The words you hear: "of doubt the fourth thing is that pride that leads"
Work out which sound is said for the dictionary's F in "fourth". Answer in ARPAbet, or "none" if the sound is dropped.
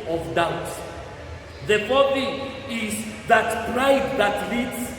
P